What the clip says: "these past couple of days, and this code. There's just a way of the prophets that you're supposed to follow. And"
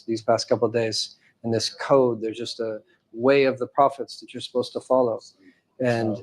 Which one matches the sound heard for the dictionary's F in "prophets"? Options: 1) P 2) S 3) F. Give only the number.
3